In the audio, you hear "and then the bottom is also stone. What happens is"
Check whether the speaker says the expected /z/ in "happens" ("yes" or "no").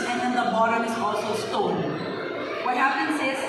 no